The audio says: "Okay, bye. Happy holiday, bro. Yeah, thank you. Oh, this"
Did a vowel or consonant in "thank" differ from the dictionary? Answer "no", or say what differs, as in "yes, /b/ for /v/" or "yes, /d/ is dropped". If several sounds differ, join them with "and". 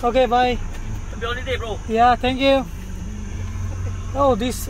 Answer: yes, /t/ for /θ/